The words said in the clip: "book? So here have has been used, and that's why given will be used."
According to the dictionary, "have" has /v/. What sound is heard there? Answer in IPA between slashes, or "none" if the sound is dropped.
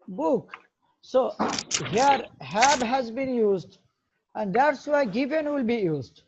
/b/